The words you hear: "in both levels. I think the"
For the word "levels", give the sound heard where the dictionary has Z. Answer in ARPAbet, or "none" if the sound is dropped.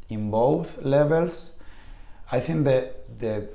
S